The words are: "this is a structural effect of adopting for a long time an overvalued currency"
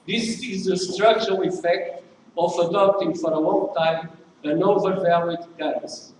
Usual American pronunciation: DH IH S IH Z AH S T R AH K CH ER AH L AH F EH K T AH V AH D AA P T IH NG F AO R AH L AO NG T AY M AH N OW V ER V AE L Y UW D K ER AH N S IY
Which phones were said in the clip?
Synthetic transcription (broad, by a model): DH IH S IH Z AH S T R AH K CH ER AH L AH F EH K T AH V AH D AA P T IH NG F AO R AH L AO NG T AY M AH N OW V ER V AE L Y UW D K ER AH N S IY